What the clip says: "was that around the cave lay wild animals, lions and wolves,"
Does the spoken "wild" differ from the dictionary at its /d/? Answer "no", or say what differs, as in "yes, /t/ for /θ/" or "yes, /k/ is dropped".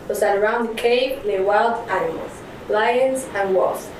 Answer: no